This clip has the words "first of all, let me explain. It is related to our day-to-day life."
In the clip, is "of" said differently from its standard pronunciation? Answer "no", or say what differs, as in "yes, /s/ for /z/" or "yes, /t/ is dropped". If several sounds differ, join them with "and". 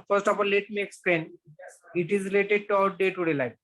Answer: yes, /p/ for /v/